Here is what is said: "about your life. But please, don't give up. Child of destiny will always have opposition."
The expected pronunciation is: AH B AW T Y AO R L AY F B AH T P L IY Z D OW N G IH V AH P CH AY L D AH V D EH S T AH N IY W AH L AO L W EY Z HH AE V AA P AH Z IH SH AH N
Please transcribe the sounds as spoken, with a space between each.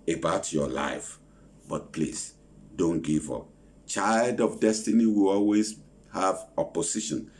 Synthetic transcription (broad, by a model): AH B AW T Y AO L AY F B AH T P L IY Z D OW N G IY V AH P CH AY L D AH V D EH S T AH N IY W AH L AO L W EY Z HH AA V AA P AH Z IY SH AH N